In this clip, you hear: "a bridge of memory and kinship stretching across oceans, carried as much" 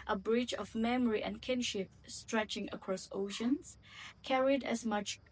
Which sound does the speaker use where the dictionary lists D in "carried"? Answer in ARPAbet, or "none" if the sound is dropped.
D